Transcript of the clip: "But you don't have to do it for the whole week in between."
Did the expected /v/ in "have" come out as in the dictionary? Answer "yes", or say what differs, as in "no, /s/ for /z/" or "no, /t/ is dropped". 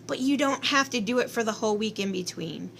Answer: no, /f/ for /v/